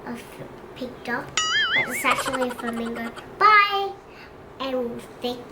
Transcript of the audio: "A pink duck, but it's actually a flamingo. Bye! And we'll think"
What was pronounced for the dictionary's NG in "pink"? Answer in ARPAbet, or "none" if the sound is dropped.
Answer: none